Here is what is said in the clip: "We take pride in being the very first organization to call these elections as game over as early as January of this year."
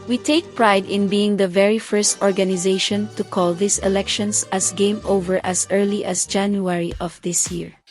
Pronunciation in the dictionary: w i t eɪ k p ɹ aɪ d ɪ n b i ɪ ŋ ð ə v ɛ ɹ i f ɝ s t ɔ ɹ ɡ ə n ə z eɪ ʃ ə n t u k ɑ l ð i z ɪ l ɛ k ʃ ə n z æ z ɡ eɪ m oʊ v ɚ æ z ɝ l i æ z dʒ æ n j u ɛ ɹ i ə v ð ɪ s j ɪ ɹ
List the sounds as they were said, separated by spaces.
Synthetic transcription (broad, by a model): w i t eɪ k p ɹ aɪ d ɪ n b i ɪ ŋ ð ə v ɛ ɹ i f ɝ s t ɔ ɹ ɡ ə n ə z eɪ ʃ ə n t u k ɑ l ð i s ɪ l ɛ k ʃ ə n s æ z ɡ eɪ m oʊ v ɚ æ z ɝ l i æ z dʒ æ n j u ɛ ɹ i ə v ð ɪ s j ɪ ɹ